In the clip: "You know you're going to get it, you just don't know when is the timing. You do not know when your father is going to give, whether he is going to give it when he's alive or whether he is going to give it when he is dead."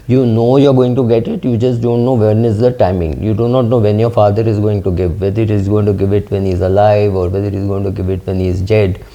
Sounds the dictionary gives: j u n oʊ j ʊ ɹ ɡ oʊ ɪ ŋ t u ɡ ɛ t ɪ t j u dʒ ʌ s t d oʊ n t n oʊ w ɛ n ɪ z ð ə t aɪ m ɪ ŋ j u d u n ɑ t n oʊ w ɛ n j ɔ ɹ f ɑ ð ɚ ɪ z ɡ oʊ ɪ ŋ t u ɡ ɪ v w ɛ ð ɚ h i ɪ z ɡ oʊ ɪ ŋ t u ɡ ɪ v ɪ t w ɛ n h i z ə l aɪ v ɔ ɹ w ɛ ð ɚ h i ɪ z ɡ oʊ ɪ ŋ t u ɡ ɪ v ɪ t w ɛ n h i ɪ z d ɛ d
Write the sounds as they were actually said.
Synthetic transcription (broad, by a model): j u n oʊ j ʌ ɹ ɡ oʊ ɪ ŋ t u ɡ ɛ t ɪ t j u dʒ ʌ s t d oʊ n t n oʊ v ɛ n ɪ z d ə t aɪ m ɪ ŋ j u d u n ɑ t n oʊ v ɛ n j ɔ ɹ f ɑ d ɚ ɪ z ɡ oʊ ɪ ŋ t u ɡ ɪ v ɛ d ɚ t i z ɡ oʊ ɪ ŋ t u ɡ ɪ v ɪ t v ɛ n h i z ə l aɪ v ɔ ɹ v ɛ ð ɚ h i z ɡ oʊ ɪ ŋ t u ɡ ɪ v ɪ t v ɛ n h i ɪ z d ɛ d